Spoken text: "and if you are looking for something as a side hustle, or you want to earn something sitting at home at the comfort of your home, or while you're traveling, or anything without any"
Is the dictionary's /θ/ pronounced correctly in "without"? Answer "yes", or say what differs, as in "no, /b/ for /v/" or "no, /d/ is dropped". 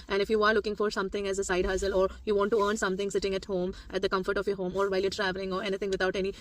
no, /t/ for /θ/